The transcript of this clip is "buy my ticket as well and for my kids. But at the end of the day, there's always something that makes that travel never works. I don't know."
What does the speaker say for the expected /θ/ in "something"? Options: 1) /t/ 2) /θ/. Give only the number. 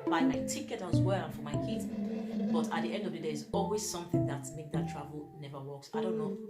2